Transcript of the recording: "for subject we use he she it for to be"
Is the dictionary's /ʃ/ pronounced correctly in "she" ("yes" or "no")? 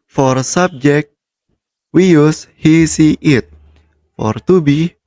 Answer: no